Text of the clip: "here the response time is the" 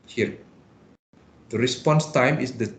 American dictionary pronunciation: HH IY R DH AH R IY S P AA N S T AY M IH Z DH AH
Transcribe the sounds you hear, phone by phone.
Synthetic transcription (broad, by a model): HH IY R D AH R IY S P AA N S T AY M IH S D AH